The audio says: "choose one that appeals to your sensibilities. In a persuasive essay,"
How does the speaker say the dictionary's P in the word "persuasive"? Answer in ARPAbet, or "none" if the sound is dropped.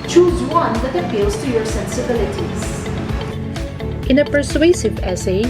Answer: P